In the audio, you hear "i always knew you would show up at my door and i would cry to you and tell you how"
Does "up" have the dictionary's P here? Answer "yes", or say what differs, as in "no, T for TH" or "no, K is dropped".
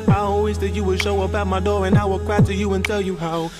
no, B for P